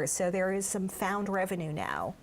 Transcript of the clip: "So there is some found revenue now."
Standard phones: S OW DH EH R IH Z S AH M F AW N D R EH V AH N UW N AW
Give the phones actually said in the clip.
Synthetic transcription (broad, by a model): S OW DH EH R IH Z S AH M F AW N D R EH V AH N UW N AW